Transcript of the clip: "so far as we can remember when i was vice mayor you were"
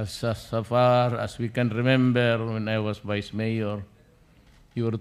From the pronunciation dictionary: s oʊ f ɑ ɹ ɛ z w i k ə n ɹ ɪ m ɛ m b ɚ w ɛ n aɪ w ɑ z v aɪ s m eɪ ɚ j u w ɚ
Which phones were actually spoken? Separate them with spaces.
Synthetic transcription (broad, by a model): s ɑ f ɑ ɹ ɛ s w i k ə n ɹ ɪ m ɛ m b ɚ w ɛ n aɪ w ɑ s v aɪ s m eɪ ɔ j u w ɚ